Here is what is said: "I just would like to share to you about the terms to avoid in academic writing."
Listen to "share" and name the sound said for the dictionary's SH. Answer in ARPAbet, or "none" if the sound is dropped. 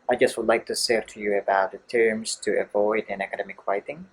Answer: S